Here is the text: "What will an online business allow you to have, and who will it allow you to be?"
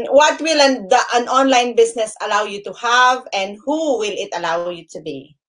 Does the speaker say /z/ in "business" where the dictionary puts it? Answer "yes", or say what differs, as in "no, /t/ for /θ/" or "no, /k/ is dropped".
no, /s/ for /z/